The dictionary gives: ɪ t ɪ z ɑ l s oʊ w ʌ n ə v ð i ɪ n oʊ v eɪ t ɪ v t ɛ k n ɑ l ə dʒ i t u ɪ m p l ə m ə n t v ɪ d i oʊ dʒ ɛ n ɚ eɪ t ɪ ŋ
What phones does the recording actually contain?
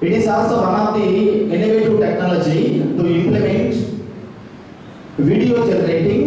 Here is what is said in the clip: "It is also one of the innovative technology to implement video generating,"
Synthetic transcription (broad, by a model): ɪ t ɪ s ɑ s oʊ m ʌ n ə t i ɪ n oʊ v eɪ t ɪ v t ɛ k n ɑ l ə dʒ i t u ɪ m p l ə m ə n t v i d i oʊ dʒ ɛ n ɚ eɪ t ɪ ŋ